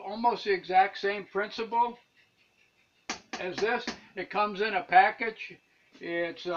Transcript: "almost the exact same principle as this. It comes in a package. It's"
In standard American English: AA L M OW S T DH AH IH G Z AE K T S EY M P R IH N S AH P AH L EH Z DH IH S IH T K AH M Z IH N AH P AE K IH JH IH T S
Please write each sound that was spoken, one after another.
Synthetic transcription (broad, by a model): AA L M OW S T IH G Z AE K T S EY M P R IH N S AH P L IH Z DH IH S IH T K AH M Z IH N AH P AE K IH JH IH T S